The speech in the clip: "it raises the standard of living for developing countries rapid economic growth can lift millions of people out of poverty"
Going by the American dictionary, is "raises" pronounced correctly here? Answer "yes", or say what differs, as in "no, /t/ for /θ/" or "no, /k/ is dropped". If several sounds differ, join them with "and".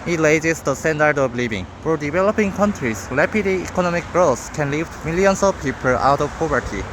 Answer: no, /l/ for /ɹ/